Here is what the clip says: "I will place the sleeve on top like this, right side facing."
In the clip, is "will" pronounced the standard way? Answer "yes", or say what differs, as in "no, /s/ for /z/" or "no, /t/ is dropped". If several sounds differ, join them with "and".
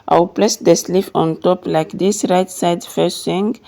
no, /w/ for /l/